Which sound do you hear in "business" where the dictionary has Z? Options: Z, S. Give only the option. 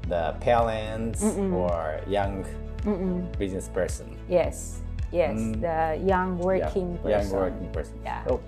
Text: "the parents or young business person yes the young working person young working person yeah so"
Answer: Z